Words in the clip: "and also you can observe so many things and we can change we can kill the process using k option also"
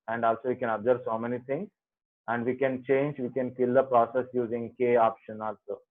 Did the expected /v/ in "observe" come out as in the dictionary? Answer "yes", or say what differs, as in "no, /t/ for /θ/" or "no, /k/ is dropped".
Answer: no, /b/ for /v/